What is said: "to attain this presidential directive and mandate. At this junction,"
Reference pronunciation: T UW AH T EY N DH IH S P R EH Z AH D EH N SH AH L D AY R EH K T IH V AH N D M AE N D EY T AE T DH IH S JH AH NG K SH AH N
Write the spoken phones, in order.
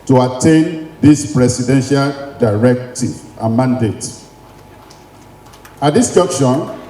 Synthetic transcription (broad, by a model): T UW AH T EY N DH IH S P R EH S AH D EH N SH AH L D AY R EH K T IH V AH N M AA N D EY T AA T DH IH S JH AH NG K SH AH N